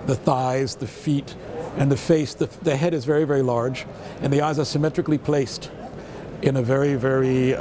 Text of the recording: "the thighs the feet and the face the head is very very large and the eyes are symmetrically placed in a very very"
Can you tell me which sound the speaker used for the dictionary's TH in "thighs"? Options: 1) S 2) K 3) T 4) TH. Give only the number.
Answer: 4